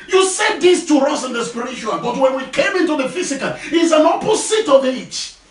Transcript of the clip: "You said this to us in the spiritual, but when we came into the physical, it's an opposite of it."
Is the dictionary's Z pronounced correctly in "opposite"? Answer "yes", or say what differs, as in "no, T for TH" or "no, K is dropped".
no, S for Z